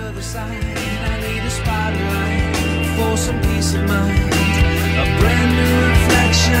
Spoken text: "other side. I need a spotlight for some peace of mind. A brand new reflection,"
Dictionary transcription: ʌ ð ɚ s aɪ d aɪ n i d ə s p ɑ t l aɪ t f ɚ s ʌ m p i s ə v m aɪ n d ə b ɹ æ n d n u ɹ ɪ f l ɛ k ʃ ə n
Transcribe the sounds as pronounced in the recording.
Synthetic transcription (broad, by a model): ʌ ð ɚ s aɪ aɪ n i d ə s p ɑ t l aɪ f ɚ s ʌ m p i s ə v m aɪ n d ə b ɹ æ n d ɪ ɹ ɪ f l ɛ k ʃ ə